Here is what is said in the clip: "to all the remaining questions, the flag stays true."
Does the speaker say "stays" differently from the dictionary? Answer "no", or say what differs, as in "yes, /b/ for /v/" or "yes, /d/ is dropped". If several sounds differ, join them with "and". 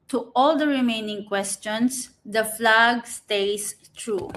yes, /s/ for /z/